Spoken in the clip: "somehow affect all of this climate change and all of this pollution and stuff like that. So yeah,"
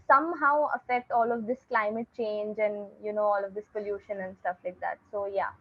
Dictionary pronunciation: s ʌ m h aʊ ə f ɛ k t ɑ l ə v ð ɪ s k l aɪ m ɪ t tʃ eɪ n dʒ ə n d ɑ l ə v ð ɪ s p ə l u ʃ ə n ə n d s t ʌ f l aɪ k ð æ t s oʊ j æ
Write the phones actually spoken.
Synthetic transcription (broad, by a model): s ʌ m h aʊ ə f ɛ k t ɑ l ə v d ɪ s k l aɪ m ɪ t tʃ eɪ n dʒ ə n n ɑ l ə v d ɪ s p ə l u ʃ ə n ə n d s t ʌ f l aɪ k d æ t s oʊ j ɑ